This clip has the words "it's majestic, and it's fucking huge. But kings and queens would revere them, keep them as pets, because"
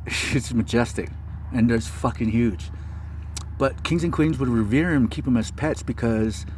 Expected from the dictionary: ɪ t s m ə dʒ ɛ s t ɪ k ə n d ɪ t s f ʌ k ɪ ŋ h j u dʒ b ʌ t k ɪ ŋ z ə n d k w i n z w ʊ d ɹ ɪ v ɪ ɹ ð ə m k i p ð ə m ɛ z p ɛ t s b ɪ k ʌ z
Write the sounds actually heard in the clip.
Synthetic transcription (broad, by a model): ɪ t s m ə dʒ ɛ s t ɪ k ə n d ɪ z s f ʌ k ɪ ŋ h j u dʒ b ʌ t k ɪ ŋ z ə n k w i n z w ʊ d ɹ ɪ v ɪ ɹ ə m k i p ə m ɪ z p ɛ t s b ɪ k ʌ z